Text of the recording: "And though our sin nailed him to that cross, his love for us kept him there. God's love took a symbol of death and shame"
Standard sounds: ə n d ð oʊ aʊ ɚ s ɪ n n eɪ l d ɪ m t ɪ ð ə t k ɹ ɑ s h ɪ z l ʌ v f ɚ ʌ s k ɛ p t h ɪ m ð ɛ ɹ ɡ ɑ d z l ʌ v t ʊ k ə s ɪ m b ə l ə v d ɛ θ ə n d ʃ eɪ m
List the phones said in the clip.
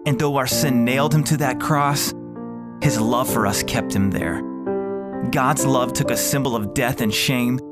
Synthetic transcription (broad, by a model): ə n ð oʊ aʊ ɚ s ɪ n n eɪ l d ɪ m t ɪ ð ə t k ɹ ɑ s h ɪ z l ʌ v f ɚ ʌ s k ɛ p t h ɪ m ð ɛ ɹ ɡ ɑ d z l ʌ v t ʊ k ə s ɪ m b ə l ə v d ɛ θ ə n ʃ eɪ m